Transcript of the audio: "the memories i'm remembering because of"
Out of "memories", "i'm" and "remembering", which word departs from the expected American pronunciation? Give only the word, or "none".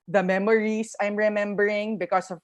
memories